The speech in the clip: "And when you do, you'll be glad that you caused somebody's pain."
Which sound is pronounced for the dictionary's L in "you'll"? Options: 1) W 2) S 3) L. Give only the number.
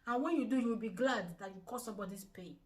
1